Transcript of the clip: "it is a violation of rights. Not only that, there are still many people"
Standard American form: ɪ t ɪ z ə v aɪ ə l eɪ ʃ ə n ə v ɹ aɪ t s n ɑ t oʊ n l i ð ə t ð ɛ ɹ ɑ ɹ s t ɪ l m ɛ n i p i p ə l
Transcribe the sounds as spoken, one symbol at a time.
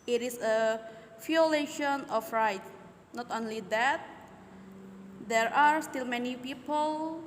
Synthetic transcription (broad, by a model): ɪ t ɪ s ə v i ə l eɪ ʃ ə n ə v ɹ aɪ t n ɑ t oʊ n l i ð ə t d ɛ ɹ ɑ ɹ s t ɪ l m ɛ n i p i p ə l